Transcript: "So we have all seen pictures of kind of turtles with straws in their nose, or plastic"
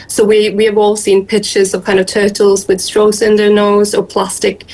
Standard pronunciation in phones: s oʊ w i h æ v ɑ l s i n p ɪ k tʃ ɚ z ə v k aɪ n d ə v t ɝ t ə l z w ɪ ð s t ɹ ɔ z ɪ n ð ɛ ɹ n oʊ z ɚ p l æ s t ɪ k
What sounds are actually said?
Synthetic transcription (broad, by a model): s oʊ w i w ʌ v ɑ l s i n p ɪ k tʃ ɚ z ə v k aɪ n d ə v t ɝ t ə l z w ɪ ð s t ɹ ɔ s ɪ n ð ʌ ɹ n oʊ z ɚ p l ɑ s t ɪ k